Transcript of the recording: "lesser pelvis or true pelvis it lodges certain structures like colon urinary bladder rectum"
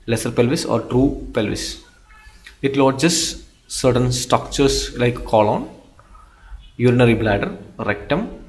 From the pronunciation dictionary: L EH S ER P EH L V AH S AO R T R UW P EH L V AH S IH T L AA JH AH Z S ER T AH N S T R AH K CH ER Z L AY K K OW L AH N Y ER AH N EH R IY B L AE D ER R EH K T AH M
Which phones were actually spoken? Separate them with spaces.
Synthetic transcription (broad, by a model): L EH S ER P EH L V AH S AO R T R UW P EH L V AH S IH T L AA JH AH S S ER T AH N S T AO K CH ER S L AY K K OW L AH N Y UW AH N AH R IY B L AE D ER R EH K T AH M